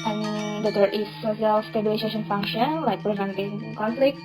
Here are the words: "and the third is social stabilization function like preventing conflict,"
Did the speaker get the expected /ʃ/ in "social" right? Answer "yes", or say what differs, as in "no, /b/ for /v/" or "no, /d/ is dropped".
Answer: no, /s/ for /ʃ/